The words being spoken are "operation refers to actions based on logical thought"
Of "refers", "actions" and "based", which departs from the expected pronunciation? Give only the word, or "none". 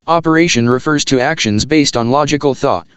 none